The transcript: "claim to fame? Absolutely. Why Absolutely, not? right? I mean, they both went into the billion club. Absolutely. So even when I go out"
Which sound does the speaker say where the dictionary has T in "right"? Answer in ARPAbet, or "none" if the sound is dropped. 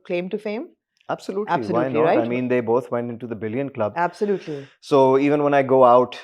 none